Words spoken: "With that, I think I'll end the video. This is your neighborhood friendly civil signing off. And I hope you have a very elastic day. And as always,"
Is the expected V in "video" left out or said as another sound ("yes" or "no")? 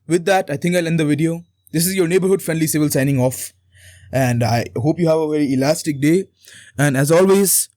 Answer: no